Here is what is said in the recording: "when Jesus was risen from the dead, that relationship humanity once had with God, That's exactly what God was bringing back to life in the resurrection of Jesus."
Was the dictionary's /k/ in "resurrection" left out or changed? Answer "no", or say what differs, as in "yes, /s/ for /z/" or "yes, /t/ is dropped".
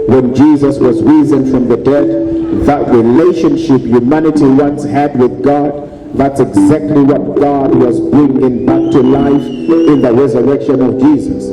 no